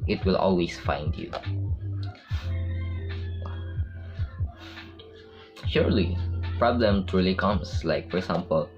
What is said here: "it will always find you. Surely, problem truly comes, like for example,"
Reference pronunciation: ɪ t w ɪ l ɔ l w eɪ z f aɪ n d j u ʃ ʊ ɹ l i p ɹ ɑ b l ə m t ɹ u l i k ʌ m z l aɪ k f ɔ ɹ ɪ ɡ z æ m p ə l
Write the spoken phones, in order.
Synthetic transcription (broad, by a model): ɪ t w ɪ l ɔ l w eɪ s f aɪ n d j u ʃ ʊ ɹ l i p ɹ ɑ b l ə m t ɹ u l i k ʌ m s l aɪ k f ɔ ɹ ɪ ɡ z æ m p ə l